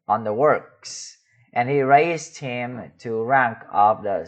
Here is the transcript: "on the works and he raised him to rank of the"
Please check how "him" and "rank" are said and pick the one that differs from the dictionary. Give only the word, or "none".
none